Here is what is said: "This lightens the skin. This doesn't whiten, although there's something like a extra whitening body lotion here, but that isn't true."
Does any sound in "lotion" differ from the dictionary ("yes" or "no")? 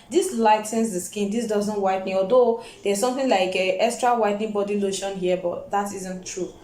no